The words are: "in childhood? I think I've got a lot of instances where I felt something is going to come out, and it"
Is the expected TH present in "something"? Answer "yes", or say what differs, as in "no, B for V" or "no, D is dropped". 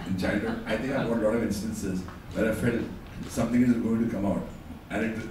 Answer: no, T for TH